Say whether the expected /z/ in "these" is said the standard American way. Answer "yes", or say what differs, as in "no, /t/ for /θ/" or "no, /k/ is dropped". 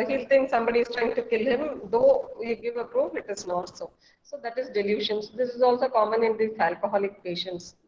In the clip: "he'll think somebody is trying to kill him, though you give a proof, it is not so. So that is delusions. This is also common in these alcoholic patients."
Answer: no, /z/ is dropped